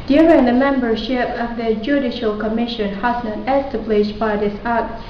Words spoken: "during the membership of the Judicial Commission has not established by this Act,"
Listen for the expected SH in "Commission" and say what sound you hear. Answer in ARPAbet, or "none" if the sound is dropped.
SH